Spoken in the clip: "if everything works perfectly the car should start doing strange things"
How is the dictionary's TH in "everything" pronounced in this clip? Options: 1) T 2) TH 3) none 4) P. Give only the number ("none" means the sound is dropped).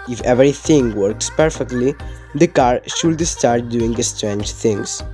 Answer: 1